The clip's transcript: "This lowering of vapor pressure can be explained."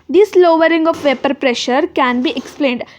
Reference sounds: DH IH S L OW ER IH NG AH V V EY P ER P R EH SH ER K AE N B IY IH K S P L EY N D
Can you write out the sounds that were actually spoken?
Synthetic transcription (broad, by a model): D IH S L OW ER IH NG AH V V EY P ER P R EH SH ER K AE N B IY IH K S P L EY N D